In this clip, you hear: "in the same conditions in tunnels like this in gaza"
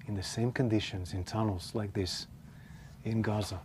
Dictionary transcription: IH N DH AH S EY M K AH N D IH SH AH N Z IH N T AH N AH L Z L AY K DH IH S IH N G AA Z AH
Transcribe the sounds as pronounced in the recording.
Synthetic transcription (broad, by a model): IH N DH AH S EY M K AH N D IH SH AH N Z IH N T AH N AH L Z L AY K DH IH S IH N G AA Z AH